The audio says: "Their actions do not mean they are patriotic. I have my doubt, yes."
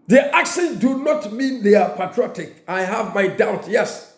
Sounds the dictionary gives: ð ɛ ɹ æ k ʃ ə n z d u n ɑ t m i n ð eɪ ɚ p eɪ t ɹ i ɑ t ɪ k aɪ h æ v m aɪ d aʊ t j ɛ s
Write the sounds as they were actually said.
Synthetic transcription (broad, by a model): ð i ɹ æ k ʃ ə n d u n ɑ t m i n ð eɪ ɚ p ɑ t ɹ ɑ t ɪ k aɪ h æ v m aɪ d aʊ t j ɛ s